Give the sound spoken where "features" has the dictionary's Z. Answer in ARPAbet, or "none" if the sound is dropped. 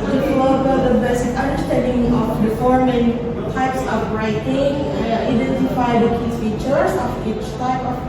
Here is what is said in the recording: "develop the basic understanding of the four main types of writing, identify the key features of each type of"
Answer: S